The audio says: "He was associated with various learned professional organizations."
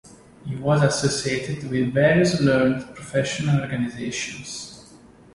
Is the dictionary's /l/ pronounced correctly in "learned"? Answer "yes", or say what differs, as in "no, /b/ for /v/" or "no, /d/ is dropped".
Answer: no, /n/ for /l/